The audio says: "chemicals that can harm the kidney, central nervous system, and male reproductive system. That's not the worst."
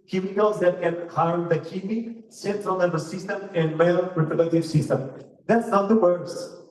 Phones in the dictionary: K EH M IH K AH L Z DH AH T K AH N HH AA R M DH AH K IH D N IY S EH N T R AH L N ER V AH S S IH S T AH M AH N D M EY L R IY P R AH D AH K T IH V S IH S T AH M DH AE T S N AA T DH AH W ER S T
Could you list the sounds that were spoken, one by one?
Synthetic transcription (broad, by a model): K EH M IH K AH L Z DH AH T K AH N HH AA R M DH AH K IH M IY S EH N T R AH L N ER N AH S S IH S T AH M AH N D M EY L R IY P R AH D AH T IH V S IH S T AH M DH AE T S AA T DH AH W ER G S